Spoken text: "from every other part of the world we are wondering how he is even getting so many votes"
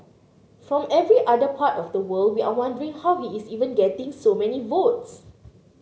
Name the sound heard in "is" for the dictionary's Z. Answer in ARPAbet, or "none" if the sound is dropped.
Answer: S